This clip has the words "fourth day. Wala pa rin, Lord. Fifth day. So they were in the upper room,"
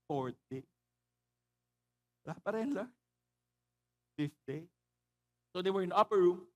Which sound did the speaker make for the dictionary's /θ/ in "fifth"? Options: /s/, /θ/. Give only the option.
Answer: /s/